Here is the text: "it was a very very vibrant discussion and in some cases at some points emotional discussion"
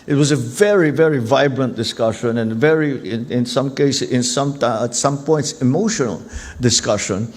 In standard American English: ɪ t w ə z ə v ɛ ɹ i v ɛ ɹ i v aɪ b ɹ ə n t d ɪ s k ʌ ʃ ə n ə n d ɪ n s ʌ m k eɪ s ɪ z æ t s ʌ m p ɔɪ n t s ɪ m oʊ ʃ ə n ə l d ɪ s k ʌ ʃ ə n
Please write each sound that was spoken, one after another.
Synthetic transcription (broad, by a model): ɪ t w ə z ə v ɛ ɹ i v ɛ ɹ i v aɪ b ɹ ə n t d ɪ s k ʌ ʃ ə n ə n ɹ ɪ n s ʌ m k eɪ s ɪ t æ t s ʌ m p ɔɪ n t s ɪ m oʊ ʃ ə n ə l d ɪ s k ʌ ʃ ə n